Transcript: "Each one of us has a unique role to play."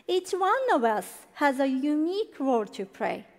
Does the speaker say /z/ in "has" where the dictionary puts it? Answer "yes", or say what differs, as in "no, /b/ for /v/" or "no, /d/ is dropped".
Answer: yes